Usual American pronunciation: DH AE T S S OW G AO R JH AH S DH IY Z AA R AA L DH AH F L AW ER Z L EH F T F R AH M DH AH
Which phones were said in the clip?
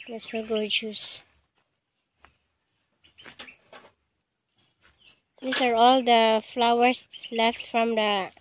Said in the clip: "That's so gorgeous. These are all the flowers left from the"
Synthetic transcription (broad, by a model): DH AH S S OW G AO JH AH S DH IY S AA R AA L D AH F L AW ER S L EH F T F R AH M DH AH